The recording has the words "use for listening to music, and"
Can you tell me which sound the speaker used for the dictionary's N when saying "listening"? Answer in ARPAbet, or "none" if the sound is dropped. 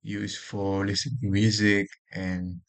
none